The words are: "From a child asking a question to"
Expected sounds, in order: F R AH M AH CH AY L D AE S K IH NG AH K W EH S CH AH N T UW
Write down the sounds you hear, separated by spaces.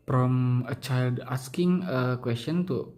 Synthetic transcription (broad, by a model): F R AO M AH CH AY L D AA S K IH NG AH K W EH S CH AH N T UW